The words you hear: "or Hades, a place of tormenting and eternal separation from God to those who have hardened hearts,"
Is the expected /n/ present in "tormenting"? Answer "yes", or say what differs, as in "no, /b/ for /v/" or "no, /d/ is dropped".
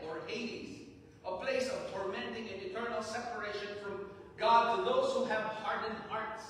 yes